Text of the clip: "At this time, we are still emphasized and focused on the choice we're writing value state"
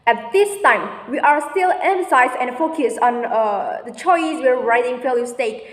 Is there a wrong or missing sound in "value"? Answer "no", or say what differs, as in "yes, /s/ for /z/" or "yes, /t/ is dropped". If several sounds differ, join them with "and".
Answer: yes, /f/ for /v/